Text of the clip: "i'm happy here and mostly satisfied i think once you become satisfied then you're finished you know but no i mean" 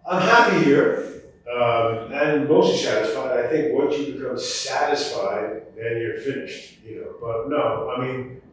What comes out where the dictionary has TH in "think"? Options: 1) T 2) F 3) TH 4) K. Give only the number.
3